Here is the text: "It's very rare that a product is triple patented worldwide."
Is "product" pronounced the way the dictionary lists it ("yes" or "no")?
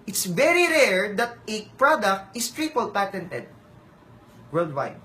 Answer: yes